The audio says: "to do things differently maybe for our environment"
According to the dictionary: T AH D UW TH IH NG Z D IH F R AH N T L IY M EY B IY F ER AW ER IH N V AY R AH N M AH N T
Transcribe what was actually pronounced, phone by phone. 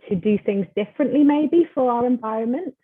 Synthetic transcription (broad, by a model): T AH D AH TH IH NG Z D IH F R AH N T L IY M EY B IY F ER AW ER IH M V AY R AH N M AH N T